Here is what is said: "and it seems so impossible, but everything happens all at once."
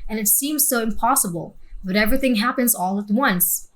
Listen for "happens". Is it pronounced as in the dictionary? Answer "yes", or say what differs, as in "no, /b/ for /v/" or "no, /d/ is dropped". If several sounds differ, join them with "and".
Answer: yes